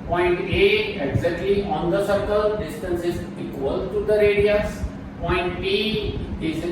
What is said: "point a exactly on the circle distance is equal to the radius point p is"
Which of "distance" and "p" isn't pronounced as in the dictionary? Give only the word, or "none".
p